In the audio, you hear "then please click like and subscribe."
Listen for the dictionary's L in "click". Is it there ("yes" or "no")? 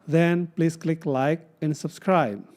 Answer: yes